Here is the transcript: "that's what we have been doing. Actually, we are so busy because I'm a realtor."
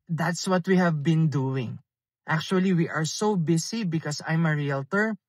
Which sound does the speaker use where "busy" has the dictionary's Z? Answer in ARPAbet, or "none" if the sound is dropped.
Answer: S